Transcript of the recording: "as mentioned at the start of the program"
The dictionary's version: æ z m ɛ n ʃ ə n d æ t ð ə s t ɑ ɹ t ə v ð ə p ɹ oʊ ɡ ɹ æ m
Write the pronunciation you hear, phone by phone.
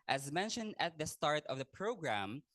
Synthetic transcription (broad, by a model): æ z m ɛ n ʃ ə n d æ t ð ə s t ɑ ɹ t ə v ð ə p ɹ oʊ ɡ ɹ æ m